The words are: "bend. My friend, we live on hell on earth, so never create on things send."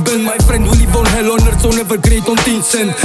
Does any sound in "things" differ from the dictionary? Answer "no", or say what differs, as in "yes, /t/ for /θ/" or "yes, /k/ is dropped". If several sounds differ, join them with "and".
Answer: yes, /t/ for /θ/